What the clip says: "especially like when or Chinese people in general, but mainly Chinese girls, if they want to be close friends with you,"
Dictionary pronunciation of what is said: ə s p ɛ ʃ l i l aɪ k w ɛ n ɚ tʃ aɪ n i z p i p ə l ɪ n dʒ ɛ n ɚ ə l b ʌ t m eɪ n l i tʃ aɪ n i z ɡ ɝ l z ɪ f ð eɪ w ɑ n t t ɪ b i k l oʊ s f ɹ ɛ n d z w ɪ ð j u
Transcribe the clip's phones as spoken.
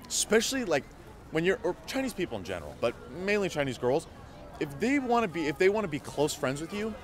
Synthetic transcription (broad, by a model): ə s p ɛ ʃ l i l aɪ k w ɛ n ɚ tʃ aɪ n i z p i p l ɪ n dʒ ɛ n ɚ ə l b ʌ t m eɪ n l i tʃ aɪ n i z ɡ ɝ l z ɪ f ð eɪ w ɑ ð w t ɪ b i k l oʊ s f ɹ ɛ n d z w ɪ ð j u